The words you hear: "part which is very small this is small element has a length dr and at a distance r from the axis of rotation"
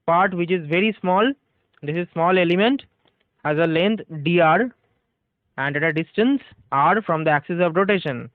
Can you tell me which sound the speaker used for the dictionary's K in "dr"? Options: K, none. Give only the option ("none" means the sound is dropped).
none